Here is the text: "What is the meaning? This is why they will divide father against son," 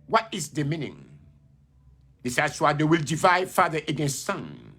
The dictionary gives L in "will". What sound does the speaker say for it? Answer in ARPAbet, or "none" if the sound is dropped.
L